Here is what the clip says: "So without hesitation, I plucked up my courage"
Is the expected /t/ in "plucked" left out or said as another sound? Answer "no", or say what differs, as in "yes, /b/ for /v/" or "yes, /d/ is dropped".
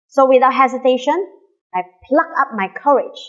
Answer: yes, /t/ is dropped